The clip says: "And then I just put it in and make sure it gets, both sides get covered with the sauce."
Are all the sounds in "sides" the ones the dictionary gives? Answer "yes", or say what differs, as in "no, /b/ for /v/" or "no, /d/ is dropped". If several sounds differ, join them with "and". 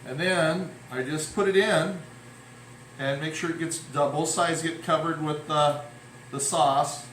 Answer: yes